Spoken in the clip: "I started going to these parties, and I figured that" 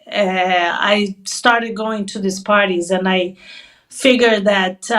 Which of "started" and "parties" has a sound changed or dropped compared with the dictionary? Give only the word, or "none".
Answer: none